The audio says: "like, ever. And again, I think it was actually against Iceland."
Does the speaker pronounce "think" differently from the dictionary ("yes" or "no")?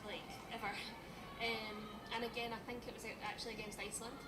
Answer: no